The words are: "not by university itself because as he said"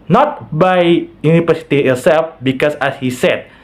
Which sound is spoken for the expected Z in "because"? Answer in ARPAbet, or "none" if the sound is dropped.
S